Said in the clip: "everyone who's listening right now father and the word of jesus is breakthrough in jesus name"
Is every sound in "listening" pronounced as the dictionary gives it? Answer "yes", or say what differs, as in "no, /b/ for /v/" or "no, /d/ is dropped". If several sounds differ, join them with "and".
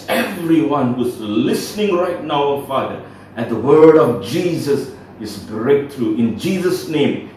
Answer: yes